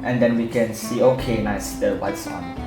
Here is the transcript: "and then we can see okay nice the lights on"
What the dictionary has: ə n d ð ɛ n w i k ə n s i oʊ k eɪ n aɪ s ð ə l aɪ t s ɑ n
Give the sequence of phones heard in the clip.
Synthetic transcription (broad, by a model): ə n d ɛ n w i k ə n s i oʊ k eɪ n aɪ s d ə w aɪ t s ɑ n